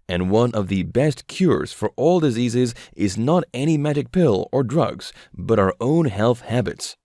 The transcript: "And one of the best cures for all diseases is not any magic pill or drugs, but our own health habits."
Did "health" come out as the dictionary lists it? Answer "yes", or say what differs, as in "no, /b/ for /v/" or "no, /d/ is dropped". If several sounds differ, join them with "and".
yes